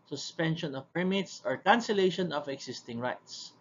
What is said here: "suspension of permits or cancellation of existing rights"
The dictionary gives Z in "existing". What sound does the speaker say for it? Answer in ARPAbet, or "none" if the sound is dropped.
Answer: S